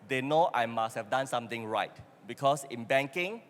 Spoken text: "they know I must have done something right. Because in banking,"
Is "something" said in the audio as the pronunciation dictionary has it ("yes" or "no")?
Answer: no